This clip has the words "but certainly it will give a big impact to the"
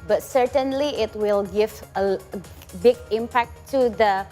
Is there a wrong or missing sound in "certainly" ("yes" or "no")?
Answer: no